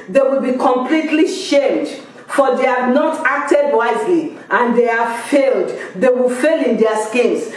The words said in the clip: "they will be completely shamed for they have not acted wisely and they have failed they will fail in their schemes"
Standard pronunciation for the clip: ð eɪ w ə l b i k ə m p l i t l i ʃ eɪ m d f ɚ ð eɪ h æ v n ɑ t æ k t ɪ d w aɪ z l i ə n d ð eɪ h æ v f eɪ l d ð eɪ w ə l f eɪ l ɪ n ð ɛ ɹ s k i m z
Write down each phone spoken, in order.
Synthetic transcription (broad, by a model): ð eɪ w ə l b i k ə m p l i t l i ʃ eɪ m d f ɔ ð eɪ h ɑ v n ɑ t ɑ k t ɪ d w aɪ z l i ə n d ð eɪ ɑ f eɪ l d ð eɪ w ə l f eɪ l ɪ n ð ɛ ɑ s k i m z